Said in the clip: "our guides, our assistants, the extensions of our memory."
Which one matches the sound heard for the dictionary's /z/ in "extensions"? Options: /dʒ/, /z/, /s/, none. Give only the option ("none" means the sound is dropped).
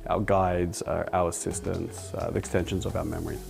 /z/